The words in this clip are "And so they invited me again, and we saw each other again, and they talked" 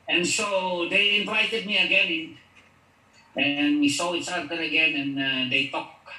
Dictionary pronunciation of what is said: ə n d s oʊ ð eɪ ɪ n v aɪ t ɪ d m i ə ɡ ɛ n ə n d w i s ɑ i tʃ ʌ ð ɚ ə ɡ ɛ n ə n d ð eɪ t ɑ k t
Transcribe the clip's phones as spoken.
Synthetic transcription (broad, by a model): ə n s oʊ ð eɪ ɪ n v aɪ t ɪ d m i ə ɡ ɛ n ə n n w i s ɑ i s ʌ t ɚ ə ɡ ɛ n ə n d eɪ t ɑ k